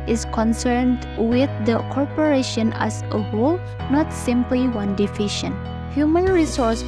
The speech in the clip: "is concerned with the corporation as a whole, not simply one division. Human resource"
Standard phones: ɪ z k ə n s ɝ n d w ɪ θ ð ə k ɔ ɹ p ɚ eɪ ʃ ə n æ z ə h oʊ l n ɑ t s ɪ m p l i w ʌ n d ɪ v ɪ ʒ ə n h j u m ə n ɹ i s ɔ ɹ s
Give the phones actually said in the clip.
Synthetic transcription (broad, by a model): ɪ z k ə n s ɝ n d w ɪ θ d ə k ɔ ɹ p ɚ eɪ ʃ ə n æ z ə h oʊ l n ɑ t s ɪ m p l i w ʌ n d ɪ f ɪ ʃ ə n h j u m ə n ɹ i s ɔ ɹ s